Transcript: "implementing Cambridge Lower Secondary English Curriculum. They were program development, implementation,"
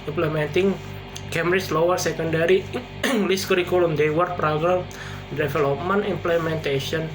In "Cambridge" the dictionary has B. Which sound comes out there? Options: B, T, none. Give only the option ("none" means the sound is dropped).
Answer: none